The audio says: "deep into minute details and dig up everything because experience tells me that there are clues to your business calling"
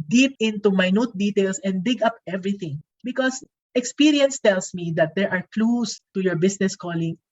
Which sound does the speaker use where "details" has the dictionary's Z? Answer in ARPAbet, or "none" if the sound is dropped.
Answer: S